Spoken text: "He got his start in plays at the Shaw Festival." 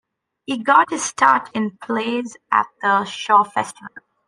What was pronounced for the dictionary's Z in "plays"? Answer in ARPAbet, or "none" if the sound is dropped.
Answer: Z